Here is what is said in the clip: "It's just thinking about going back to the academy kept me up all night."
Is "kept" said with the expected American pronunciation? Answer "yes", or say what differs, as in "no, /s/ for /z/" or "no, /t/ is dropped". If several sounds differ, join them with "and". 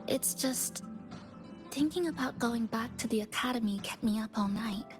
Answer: no, /p/ is dropped